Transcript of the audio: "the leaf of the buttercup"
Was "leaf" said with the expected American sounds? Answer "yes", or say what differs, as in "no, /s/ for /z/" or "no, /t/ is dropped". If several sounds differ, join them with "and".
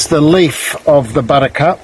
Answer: yes